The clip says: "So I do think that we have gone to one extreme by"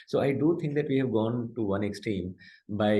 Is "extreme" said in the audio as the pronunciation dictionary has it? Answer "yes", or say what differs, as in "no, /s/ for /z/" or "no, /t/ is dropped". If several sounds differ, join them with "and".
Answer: no, /ɹ/ is dropped